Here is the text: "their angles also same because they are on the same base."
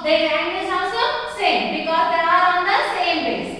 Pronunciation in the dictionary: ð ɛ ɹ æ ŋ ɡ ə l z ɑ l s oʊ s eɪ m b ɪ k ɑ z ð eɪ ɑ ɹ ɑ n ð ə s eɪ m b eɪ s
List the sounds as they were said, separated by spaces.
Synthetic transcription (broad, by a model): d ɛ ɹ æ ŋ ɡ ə z ɑ l s oʊ s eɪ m b ɪ k ɑ z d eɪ ɑ ɹ ɑ n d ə s eɪ m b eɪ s